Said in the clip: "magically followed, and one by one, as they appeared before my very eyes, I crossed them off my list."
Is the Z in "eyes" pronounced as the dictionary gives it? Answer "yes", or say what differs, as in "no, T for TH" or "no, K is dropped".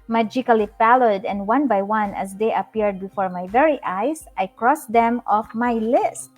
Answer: no, S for Z